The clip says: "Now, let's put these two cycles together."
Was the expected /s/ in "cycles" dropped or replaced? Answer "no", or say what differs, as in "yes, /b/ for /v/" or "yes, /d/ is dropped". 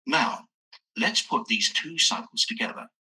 no